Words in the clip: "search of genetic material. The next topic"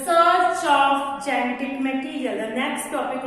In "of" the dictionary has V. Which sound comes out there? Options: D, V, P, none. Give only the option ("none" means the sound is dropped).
P